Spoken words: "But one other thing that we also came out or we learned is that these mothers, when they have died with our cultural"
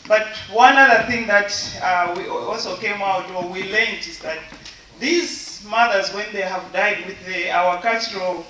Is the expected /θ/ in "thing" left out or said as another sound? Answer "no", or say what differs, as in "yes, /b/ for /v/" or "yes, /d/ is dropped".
no